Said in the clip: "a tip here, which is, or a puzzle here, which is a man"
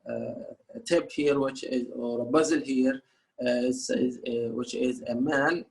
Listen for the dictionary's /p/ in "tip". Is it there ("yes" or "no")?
no